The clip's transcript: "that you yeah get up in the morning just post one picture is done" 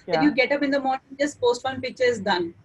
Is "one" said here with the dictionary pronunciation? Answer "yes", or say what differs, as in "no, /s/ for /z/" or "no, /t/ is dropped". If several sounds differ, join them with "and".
no, /l/ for /n/